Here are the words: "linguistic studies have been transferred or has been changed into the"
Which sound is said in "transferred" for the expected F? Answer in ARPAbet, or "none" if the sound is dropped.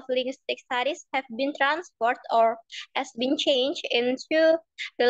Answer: P